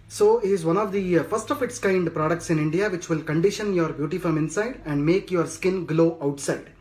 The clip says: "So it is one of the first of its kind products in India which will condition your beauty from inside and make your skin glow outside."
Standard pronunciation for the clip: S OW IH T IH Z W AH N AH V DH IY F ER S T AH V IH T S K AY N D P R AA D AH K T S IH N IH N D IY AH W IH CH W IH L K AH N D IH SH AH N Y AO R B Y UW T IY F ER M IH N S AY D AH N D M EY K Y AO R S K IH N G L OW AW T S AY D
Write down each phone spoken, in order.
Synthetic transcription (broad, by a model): S OW IH T IH Z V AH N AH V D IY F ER S T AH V IH T S K AY N D P R AA D AH K T S IH N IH N D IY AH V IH CH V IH L K AH N D IH SH AH N Y AO R B Y UW T IY F ER M IH N S AY D AH N D M EY K Y AO R S K IH N G L OW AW T S AY D